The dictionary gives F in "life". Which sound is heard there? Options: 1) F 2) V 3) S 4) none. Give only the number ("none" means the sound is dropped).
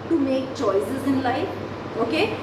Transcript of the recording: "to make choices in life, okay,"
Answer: 4